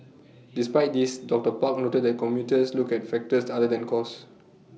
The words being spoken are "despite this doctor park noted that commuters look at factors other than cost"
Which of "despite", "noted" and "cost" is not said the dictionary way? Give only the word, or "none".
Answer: cost